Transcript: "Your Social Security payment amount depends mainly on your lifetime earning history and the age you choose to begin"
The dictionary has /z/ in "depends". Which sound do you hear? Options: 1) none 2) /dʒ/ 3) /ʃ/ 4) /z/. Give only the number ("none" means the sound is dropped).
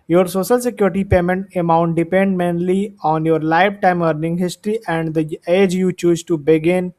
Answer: 1